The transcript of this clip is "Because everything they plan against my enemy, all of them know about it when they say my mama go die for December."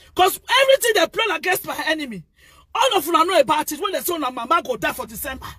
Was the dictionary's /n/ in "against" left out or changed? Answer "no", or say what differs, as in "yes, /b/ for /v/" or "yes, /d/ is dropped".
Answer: yes, /n/ is dropped